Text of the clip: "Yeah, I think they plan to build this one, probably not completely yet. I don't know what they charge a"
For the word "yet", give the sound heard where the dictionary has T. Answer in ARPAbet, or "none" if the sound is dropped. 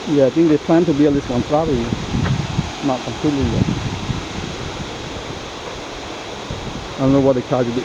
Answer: none